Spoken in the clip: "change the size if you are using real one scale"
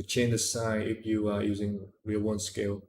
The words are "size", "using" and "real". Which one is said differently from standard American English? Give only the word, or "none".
size